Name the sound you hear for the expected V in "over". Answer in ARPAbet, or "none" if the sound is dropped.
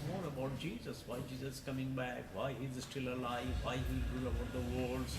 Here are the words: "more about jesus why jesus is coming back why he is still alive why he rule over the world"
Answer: B